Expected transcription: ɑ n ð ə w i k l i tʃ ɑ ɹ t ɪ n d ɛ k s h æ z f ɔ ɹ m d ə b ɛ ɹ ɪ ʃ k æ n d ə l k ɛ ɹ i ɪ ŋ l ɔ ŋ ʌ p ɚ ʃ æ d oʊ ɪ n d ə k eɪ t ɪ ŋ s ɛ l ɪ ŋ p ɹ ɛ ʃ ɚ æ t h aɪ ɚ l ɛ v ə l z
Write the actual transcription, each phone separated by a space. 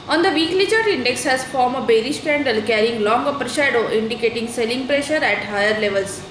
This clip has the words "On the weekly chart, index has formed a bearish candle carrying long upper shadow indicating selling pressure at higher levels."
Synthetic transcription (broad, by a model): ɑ n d ə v i k l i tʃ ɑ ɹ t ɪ n d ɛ k s h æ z f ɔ ɹ m ə b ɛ ɹ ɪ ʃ k æ n d ə l k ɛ ɹ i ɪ ŋ l ɔ ŋ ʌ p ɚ ʃ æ d oʊ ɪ n d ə k eɪ t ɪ ŋ s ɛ l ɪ ŋ p ɹ ɛ ʃ ɚ æ t h aɪ ɚ l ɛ v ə l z